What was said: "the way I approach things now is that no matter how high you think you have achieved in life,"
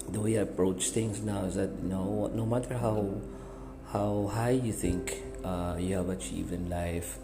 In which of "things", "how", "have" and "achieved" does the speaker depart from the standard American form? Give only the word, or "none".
things